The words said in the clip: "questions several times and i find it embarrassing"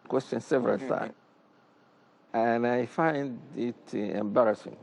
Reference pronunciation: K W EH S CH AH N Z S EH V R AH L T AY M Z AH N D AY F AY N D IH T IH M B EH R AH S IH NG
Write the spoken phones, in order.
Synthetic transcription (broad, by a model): K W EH S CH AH N S EH V R AH L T AY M AH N AY F AY N D IH T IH M B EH R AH S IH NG